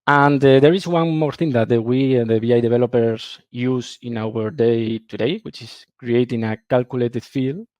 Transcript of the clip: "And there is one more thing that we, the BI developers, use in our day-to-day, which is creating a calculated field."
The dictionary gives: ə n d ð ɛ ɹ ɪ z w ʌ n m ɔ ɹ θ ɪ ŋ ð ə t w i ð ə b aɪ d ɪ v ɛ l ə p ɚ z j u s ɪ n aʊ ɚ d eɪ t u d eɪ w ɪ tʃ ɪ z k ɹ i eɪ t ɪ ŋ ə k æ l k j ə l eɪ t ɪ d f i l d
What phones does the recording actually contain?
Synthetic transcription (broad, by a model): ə n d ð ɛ ɹ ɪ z w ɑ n m ɔ ɹ θ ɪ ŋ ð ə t w i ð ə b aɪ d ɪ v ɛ l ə p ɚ s j u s ɪ n aʊ ɚ d eɪ t u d eɪ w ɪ tʃ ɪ s k ɹ i eɪ t ɪ ŋ ə k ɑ l k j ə l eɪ t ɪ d f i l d